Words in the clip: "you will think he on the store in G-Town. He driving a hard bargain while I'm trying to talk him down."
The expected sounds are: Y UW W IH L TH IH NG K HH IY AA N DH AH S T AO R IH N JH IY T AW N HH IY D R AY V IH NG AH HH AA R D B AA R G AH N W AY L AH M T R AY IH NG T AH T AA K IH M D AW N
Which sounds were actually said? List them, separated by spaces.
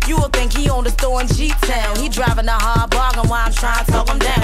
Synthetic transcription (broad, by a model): Y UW W IH L TH IH NG K HH IY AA N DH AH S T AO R IH N SH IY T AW L HH IY D R AY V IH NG AH HH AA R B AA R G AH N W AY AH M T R AY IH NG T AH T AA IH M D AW